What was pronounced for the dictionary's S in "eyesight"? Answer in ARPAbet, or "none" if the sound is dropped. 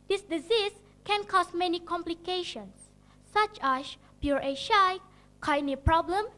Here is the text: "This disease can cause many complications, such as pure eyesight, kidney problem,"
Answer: SH